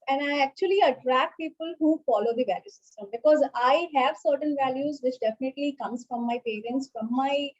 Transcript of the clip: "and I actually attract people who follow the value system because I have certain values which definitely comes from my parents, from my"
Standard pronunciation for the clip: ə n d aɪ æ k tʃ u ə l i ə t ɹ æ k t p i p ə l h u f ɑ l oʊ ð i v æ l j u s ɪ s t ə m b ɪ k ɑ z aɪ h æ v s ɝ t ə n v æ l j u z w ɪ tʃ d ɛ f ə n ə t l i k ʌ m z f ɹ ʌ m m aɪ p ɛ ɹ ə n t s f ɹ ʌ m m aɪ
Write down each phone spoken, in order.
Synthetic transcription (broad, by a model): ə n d aɪ æ k tʃ u ə l i ə t ɹ æ k t p i p ə l h u f ɑ l oʊ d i v æ l j u s ɪ s t ə m b ɪ k ɑ z aɪ h æ v s ɝ t ə n v æ l j u z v ɪ tʃ d ɛ f ə n ə t l i k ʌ m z f ɹ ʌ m m aɪ p ɛ ɹ ə n t s f ɹ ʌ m m aɪ